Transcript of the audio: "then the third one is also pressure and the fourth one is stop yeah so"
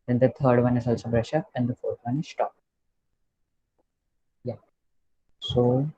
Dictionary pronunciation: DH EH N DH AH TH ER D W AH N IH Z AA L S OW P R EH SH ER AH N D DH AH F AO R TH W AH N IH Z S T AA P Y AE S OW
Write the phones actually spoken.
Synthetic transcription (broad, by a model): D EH N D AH T ER D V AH N IH Z AA L S OW B R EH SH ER AH N D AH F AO R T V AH N IH Z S T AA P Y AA S OW